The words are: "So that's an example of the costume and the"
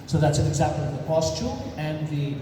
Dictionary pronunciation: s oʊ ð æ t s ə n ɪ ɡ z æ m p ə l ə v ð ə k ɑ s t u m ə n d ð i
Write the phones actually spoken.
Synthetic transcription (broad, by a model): s oʊ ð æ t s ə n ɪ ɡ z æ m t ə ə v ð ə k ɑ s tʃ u ə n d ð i